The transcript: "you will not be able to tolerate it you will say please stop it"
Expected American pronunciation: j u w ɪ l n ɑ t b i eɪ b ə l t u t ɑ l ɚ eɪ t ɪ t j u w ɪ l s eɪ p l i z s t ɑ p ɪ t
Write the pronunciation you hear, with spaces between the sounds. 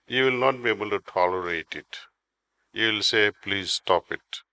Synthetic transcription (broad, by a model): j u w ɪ l n ɑ t b i eɪ b ə l t u t ɑ l ɚ eɪ t ɪ t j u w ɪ l s eɪ p l i z s t ɑ p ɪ t